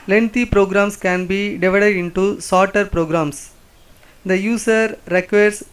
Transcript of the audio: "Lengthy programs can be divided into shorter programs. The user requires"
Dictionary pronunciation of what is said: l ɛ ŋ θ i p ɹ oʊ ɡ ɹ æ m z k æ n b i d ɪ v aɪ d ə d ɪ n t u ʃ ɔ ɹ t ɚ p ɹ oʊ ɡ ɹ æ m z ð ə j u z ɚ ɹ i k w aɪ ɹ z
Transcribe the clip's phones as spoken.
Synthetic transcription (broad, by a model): l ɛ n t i p ɹ oʊ ɡ ɹ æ m s k æ n b i d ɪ v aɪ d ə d ɪ n t u s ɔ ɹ t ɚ p ɹ oʊ ɡ ɹ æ m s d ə j u s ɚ ɹ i k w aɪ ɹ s